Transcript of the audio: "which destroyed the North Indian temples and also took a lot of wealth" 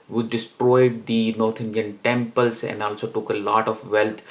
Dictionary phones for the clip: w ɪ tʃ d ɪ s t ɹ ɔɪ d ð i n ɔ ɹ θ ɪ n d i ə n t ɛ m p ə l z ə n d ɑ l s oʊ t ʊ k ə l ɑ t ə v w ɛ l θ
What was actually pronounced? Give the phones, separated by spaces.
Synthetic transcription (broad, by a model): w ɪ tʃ d ɪ s t ɹ ɔɪ d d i n ɔ ɹ t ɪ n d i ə n t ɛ m p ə l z ə n d ɑ l s oʊ t ʊ k ə l ɑ t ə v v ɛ l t